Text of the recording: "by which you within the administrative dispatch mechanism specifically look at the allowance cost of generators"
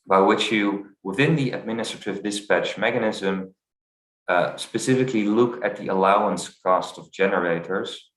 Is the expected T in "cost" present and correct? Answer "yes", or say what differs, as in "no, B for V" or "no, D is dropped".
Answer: yes